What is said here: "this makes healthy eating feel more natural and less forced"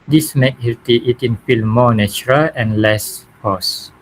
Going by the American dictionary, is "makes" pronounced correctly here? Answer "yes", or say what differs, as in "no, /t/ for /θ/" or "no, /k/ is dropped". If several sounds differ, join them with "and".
no, /s/ is dropped